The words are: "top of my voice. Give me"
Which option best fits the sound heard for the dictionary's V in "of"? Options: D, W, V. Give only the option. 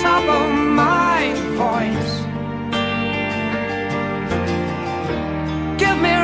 W